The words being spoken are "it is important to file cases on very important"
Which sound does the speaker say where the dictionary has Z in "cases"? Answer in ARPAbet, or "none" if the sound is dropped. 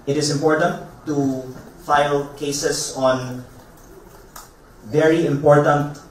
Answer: S